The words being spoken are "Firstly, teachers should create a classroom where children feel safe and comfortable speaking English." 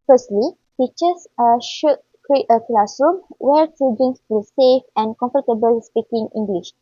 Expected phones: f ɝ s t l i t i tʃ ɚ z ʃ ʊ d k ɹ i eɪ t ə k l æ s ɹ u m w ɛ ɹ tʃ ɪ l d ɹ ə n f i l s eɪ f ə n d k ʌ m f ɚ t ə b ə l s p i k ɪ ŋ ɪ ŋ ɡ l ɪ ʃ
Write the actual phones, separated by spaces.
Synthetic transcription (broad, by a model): f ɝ s t l i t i tʃ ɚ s ʃ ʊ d k ɹ i eɪ t ə k l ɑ s ɹ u m w ɛ ɹ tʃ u d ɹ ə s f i s eɪ f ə n k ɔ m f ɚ t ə b ə l s p i k ɪ ŋ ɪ ŋ ɡ l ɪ ʃ